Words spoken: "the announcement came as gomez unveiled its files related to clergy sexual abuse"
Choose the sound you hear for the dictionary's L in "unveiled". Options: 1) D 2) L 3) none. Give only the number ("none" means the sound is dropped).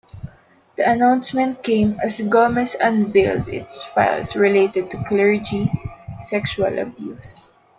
2